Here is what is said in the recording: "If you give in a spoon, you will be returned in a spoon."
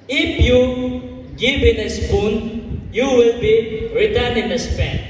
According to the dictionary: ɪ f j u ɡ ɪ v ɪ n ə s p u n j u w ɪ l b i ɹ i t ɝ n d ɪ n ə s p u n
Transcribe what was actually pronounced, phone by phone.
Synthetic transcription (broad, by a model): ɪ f j u ɡ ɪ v ɪ n ə s p u n j u w ɪ l b i ɹ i t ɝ n ɪ n ə s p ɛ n